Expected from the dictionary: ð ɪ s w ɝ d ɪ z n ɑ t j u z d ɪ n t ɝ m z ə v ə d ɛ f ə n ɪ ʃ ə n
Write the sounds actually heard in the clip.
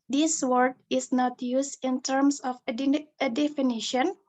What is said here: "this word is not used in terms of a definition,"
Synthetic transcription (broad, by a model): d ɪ s w ɝ d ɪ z n ɑ t j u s ɪ n t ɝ m s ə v ə d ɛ f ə n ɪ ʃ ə n